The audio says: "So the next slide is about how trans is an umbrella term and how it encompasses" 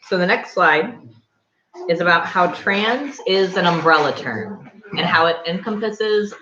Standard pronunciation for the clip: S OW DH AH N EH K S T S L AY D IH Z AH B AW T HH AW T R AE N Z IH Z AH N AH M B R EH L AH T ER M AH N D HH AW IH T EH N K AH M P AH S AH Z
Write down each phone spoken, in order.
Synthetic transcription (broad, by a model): S OW DH AH N EH K S T S L AY D IH Z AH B AW T HH AW T R AE N Z IH Z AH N AH M B R EH L AH T ER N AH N HH AW IH T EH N K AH M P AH S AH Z